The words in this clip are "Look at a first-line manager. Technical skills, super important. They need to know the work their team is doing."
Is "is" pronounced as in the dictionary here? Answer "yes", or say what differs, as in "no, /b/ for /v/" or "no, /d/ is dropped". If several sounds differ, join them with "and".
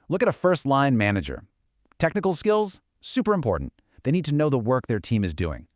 yes